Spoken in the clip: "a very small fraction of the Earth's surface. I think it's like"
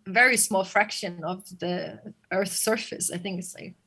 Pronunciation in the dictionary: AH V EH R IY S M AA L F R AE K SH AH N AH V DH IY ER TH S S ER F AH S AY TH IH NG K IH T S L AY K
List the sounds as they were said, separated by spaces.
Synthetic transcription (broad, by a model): V EH R IY S M AA L F R AE K SH AH N AH V DH IY ER TH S S ER F AH S AY TH IH NG K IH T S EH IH